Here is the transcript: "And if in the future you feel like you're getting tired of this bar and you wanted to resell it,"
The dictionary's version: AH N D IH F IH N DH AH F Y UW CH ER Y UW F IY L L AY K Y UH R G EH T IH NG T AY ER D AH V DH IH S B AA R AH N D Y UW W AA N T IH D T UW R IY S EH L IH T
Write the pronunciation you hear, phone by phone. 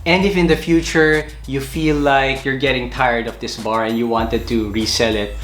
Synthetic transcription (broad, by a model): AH N D IH F IH N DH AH F Y UW CH ER Y UW F IY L L AY K Y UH R G EH T IH NG T AY ER D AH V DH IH S B AA R AH N D Y UW W AA N T IH D T UW R IY S EH L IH T